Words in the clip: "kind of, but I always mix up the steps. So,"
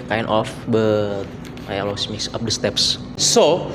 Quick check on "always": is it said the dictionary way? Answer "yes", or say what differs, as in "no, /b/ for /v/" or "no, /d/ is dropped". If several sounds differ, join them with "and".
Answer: no, /s/ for /z/